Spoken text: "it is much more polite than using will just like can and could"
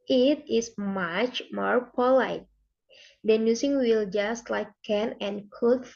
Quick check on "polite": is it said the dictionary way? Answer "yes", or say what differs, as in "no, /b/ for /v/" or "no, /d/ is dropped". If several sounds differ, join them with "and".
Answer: yes